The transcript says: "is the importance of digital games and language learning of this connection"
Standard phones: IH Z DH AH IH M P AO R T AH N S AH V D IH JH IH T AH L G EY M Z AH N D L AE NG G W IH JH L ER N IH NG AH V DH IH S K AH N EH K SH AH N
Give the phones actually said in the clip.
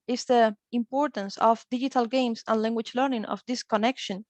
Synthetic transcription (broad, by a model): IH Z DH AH IH M P AO R T AH N S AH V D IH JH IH T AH L G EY M S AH N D L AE NG G W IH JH L ER N IH NG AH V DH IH S K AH N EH K SH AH N